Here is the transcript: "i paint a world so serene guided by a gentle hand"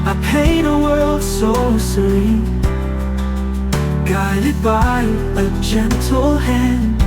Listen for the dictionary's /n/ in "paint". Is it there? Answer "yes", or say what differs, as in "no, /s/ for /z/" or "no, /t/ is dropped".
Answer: no, /n/ is dropped